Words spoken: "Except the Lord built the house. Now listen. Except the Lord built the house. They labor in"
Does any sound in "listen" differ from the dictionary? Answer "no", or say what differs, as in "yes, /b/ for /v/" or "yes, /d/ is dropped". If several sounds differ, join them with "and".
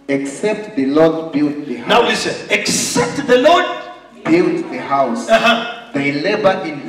yes, /n/ is dropped